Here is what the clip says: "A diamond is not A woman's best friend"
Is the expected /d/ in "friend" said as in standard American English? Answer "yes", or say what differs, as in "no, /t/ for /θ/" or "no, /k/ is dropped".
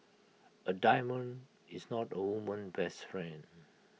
no, /d/ is dropped